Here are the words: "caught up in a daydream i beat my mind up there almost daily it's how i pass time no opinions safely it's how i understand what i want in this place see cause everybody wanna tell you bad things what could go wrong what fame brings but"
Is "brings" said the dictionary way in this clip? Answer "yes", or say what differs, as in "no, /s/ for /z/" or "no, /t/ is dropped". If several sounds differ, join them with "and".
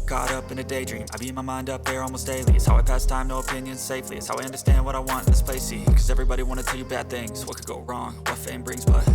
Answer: yes